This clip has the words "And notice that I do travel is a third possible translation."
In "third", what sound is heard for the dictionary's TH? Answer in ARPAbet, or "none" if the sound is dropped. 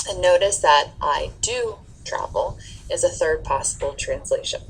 TH